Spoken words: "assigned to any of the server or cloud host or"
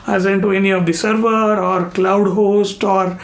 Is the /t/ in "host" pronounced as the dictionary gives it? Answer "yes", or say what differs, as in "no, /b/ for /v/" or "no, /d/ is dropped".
yes